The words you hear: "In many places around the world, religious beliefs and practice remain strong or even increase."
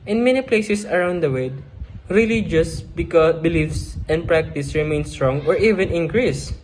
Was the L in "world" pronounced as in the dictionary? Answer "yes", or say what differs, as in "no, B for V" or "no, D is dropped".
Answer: no, L is dropped